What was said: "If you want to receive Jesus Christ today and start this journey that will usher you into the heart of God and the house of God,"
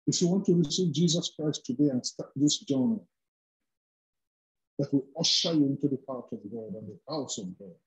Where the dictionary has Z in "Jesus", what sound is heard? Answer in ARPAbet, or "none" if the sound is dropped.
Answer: Z